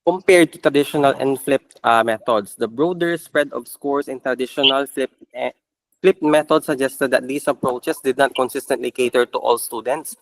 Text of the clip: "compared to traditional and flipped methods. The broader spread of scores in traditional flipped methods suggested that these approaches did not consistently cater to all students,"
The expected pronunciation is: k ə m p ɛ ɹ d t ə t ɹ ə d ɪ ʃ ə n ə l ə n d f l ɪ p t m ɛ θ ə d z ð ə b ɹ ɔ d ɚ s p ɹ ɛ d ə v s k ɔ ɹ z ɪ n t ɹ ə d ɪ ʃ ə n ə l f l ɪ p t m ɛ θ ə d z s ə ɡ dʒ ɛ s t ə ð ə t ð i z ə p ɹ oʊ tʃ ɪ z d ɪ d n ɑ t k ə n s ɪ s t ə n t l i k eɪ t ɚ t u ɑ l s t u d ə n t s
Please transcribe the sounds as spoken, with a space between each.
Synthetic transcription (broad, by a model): k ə m p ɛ ɹ d t ə t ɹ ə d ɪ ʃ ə n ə l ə n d f l ɪ p t m ɛ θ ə d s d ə b ɹ ɔ d ɚ s p ɹ ɛ d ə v s k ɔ ɹ s ɪ n t ɹ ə d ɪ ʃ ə n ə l f l ɪ p t m ɛ t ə d s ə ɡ dʒ ɛ s t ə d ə t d i s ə p ɹ oʊ tʃ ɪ s d ɪ d n ɑ t k ə n s ɪ s t ə n t l i k eɪ t ɚ t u ɑ l s t u d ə n t s